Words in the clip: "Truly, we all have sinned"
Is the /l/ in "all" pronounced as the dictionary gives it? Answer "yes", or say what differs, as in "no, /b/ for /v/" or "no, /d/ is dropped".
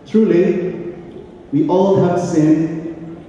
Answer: yes